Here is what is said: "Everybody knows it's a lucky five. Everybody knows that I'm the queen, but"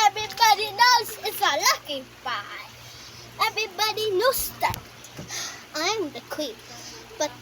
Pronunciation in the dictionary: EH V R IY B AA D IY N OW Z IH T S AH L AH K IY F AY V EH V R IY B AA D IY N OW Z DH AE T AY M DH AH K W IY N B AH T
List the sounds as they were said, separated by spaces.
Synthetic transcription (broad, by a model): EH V R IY B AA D IY N OW Z IH T S AH L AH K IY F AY EH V R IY B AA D IY N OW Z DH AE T AY M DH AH K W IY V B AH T